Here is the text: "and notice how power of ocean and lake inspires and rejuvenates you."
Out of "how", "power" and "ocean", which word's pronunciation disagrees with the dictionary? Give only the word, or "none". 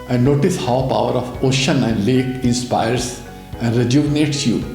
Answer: none